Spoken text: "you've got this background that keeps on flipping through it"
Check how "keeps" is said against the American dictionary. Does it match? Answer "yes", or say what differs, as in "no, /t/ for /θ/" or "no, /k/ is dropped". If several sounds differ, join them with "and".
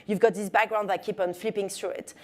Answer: no, /s/ is dropped